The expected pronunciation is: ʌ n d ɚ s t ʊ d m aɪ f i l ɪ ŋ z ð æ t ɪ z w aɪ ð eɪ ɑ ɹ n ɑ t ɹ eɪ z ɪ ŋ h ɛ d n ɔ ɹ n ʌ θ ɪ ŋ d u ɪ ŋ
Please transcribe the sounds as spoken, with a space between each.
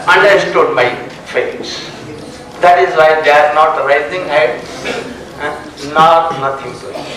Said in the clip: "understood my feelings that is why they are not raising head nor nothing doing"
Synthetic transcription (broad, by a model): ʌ n d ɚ s t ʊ d m aɪ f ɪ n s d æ t ɪ z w aɪ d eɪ ɑ ɹ n ɑ t ɹ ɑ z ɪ ŋ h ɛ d n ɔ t n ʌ t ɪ ŋ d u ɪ